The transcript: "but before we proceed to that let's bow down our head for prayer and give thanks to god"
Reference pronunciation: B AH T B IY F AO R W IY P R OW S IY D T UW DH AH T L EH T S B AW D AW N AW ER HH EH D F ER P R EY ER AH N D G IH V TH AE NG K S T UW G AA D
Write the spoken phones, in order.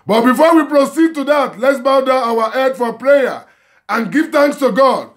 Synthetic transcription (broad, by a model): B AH T B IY F AO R W IY P R OW S IY D T UW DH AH T L EH T S B AW D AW AW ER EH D F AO P R EY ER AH N G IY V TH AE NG K S T UW G AA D